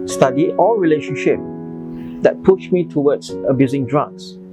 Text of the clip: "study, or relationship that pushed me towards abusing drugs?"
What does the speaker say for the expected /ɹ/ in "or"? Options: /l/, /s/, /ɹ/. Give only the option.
/l/